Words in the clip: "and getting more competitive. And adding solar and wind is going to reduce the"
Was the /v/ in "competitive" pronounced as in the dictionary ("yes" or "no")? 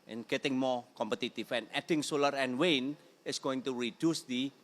no